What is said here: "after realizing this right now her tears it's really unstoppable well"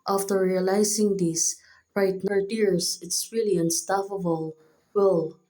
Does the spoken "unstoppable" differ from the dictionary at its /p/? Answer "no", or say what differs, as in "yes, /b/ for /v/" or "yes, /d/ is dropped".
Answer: yes, /f/ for /p/